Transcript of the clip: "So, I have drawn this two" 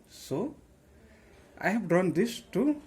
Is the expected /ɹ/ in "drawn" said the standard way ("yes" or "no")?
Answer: no